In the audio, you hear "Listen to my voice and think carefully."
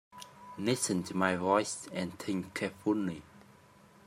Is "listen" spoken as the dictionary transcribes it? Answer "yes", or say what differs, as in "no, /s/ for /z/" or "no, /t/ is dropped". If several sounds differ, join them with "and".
no, /n/ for /l/